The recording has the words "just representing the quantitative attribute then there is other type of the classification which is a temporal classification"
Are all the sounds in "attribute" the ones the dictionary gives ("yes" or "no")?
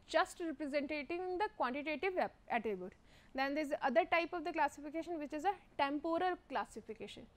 no